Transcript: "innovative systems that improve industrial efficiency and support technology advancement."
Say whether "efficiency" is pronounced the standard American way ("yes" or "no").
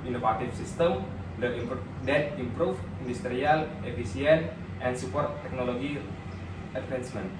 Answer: no